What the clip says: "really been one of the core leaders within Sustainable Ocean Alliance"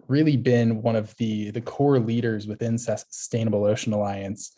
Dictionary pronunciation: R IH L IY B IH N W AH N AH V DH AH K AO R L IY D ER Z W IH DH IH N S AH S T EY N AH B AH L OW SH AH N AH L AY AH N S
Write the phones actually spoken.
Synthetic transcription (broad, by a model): R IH L IY B IH N W AH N AH V DH AH K AO R L IY D ER Z W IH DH IH N S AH S T EY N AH B L OW SH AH N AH L AY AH N S